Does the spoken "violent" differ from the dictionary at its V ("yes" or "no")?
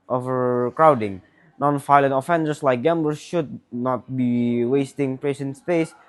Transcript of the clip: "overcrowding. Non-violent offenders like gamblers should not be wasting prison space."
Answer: yes